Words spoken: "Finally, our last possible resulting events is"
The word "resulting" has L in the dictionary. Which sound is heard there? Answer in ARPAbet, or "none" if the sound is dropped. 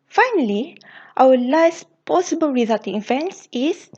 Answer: none